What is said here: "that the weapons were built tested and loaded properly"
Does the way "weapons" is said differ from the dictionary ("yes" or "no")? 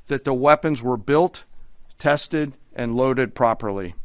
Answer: no